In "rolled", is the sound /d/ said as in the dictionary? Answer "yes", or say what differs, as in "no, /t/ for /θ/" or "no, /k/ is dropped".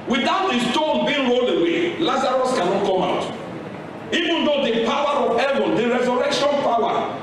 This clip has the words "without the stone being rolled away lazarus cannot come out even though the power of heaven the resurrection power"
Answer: no, /d/ is dropped